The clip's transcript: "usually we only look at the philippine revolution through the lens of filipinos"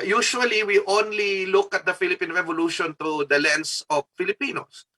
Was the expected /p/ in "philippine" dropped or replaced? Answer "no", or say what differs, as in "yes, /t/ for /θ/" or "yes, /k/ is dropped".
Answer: no